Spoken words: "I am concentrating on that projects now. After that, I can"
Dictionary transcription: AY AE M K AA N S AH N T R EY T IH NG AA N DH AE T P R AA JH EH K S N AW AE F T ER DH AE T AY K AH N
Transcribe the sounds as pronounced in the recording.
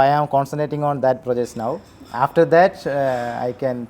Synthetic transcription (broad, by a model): AY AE M K AA N S AH N T R EY T IH NG AA N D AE T P R AA JH EH K S N AW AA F T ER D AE T AY K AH N